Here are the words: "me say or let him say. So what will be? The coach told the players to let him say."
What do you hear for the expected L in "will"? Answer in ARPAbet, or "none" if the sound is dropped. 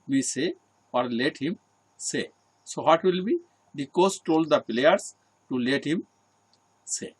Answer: L